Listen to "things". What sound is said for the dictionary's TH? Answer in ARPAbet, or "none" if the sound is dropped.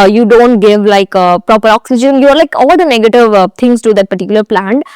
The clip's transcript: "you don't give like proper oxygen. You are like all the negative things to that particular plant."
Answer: T